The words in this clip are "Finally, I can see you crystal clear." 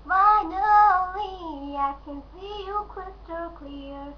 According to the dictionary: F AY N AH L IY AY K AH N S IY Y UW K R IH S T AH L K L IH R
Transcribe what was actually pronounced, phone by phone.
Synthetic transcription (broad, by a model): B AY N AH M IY AY K AH N S IY Y UW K IH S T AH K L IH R